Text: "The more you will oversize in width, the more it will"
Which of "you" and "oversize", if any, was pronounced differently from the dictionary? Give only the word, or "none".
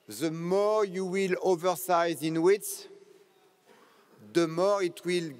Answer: none